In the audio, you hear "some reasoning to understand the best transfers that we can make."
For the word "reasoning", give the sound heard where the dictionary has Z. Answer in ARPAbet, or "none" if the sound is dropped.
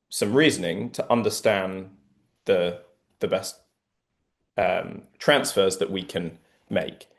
Z